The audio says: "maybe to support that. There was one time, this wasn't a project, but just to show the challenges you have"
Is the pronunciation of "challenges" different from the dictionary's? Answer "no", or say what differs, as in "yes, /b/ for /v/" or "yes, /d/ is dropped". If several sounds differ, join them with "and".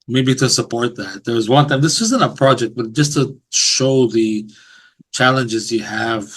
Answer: no